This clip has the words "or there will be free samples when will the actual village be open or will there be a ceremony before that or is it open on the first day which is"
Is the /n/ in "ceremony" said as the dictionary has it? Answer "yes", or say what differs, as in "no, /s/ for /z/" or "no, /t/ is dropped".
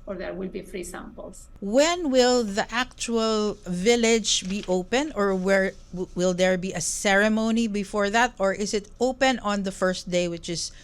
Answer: yes